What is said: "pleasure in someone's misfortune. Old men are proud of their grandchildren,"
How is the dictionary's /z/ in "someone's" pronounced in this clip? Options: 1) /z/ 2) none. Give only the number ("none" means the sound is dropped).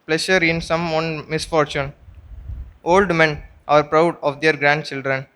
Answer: 2